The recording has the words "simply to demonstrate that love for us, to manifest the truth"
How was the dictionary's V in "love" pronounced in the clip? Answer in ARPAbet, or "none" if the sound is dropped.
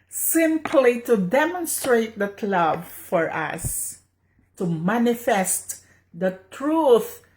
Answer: B